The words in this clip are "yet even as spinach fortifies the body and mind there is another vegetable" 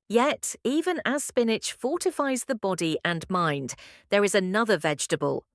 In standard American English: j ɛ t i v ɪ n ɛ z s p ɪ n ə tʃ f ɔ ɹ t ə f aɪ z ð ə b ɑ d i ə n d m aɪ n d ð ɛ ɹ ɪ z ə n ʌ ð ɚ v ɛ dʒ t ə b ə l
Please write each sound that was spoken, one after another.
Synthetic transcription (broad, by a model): j ɛ t i v ɪ n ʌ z s p ɪ n ə tʃ f ɔ t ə f aɪ z ð ə b ɑ d i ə n m aɪ n d ð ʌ ɹ ɪ z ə n ʌ ð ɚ v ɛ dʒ t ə b ə l